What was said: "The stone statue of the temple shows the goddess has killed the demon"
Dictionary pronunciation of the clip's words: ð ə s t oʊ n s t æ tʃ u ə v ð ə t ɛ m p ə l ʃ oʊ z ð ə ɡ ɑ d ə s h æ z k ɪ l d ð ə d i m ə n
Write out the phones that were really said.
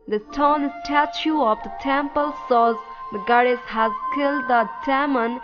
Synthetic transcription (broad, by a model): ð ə s t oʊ n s t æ tʃ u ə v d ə t ɛ m p ə l s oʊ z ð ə ɡ ɑ d ə s h æ z k ɪ l d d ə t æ m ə n